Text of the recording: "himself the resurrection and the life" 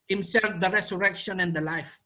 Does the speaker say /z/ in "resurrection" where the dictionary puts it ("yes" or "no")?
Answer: no